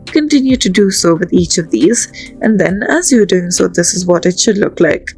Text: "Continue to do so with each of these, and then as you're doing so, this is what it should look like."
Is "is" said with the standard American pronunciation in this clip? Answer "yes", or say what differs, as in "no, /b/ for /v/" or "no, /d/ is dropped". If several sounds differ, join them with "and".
yes